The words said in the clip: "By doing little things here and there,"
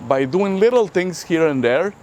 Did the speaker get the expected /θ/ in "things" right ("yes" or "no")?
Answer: no